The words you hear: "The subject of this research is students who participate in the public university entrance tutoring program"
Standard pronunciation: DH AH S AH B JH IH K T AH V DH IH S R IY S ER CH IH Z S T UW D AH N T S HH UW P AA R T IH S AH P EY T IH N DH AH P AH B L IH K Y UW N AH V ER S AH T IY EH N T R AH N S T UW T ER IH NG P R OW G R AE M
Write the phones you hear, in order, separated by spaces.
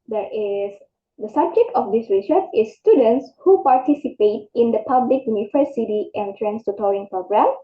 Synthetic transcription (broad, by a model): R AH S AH B JH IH K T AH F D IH S R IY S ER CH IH S T UW D AH N T S HH UW P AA R T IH S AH P EY T IH N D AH P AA B L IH K Y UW N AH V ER S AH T IY EH N T R AH N S T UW T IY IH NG P R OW G R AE M